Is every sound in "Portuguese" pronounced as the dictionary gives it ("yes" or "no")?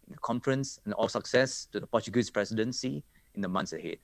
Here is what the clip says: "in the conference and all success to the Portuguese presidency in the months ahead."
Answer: no